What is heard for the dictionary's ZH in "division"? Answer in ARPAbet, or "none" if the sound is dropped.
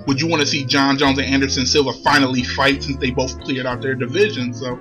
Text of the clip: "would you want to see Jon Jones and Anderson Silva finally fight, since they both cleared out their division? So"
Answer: ZH